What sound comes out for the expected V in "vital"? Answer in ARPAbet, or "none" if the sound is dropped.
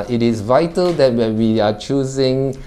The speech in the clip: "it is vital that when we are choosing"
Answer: V